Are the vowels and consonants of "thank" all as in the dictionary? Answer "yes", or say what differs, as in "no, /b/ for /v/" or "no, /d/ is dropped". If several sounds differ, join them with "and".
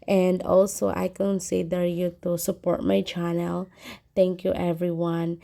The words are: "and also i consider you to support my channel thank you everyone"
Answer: no, /t/ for /θ/